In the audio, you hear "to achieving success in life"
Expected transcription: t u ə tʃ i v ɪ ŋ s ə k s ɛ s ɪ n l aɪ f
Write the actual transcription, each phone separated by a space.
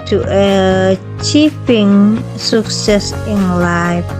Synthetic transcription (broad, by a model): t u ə tʃ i p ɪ ŋ s ə k s ɛ s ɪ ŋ l aɪ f